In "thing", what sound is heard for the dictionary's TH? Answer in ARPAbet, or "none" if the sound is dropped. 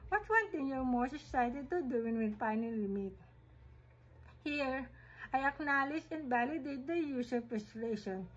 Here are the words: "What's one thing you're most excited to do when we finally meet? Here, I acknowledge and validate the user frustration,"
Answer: T